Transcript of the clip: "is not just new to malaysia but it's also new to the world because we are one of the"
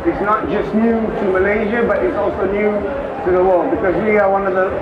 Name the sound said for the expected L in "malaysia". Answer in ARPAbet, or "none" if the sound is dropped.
L